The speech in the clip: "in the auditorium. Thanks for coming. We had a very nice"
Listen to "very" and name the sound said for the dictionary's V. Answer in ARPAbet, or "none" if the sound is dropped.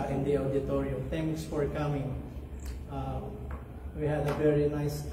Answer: V